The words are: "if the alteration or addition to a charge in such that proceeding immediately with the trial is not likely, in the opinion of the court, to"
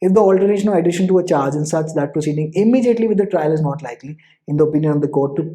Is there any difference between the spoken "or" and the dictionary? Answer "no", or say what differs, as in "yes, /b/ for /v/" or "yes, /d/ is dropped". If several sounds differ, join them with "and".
yes, /l/ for /ɹ/